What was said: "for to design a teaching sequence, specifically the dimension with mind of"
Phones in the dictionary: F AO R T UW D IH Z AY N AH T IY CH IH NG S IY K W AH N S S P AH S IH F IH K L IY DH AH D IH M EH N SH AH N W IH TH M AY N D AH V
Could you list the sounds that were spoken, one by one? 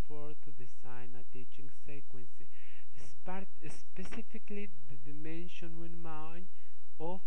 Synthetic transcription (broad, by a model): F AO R T UW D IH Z AY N AH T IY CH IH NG S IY K W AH N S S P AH S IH F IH K L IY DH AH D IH M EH N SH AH N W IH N M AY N AH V